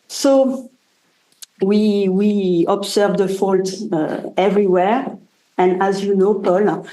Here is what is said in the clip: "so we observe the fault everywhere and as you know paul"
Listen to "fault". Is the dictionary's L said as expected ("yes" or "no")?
yes